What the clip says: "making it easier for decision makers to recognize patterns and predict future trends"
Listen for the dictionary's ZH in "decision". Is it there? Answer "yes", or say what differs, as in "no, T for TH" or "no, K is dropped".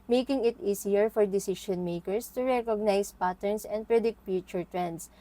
no, SH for ZH